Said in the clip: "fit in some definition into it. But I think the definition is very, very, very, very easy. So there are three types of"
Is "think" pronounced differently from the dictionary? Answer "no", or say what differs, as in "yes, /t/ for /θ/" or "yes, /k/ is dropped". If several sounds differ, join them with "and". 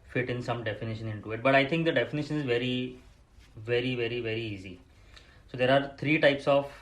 yes, /t/ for /θ/